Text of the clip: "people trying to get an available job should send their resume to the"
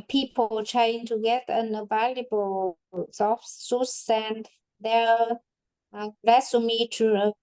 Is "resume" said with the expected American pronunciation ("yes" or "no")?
no